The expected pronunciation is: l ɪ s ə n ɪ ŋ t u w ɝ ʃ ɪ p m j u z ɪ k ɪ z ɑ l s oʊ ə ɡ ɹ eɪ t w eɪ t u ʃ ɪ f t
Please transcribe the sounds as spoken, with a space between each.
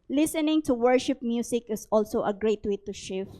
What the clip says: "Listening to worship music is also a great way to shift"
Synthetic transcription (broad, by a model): l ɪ s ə n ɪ ŋ t u w ɝ ʃ ɪ p m j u s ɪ k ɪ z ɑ l s oʊ ə ɡ ɹ eɪ t w eɪ t u ʃ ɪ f